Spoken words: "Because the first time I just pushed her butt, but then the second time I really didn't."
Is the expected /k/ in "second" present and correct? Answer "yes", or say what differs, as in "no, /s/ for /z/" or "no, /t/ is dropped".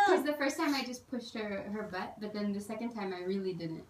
yes